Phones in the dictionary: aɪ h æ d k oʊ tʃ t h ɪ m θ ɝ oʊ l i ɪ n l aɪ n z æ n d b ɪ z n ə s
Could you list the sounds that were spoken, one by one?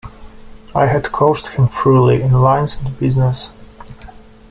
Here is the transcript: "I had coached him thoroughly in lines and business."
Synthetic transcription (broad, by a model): aɪ h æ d k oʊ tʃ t h ɪ m f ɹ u l i ɪ n l aɪ n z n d b ɪ z n ə s